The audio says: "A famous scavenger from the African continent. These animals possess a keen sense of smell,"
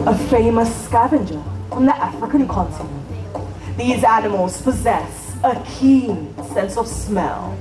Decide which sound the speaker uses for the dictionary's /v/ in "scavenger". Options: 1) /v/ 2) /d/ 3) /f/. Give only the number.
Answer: 1